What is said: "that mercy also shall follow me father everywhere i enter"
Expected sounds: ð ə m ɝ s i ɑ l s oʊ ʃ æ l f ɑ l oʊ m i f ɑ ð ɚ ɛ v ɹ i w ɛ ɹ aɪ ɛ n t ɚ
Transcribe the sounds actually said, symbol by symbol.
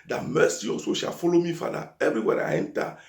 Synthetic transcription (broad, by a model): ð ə m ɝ s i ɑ s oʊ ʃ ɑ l f ɑ l oʊ m i f ɑ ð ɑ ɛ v ɹ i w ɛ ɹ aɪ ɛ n t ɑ